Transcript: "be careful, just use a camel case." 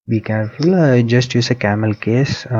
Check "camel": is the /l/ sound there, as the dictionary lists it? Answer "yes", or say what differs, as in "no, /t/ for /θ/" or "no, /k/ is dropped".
yes